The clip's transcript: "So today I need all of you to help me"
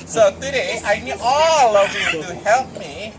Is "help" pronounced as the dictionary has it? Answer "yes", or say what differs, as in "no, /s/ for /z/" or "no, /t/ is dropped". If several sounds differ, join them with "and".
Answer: yes